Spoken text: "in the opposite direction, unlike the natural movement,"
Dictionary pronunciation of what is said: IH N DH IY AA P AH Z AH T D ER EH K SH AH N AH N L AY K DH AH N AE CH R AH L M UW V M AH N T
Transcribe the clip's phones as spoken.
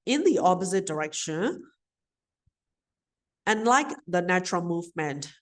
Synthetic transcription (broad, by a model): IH N DH IY AA P AH Z AH T D ER EH K SH AH N AH N L AY K DH AH N AE CH R AH L M UW V M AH N T